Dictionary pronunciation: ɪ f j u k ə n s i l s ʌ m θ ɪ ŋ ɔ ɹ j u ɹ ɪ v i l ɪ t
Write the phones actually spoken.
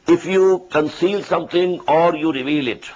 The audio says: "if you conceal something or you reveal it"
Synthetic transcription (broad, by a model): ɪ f j u k ə n s i l s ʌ m t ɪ ŋ ɔ ɹ j u ɹ ɪ v i l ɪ t